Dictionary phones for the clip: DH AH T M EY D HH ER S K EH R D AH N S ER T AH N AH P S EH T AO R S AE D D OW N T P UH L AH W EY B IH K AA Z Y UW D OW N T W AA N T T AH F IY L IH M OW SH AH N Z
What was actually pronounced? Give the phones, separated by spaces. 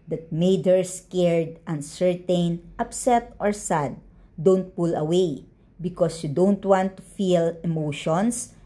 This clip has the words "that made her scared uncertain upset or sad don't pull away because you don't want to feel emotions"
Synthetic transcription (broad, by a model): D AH T M EY D HH ER S K EH R D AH N S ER T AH N AH P S EH T AO R S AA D D OW N T P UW L AH W EY B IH K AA S Y UW D OW N T W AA N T T AH F IY L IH M OW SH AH N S